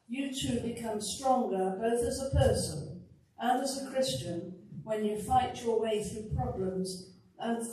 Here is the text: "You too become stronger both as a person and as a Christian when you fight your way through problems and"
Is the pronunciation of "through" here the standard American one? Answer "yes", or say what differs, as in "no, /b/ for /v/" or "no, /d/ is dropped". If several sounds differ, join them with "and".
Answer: yes